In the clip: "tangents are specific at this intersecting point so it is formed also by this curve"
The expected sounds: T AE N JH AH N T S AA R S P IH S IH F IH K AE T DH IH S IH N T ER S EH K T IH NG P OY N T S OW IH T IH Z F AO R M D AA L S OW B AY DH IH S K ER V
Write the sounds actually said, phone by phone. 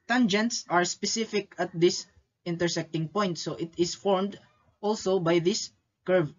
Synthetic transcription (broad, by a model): T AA N JH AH N T S AA R S P IH S IH F IH K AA T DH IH S IH N T ER S EH K T IH NG P OY N T S OW IH T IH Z F AO R M D AA L S OW B AY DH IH S K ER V